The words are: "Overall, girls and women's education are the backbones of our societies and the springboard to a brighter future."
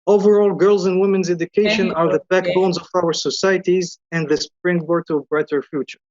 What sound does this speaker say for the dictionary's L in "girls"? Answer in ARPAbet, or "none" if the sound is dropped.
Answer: L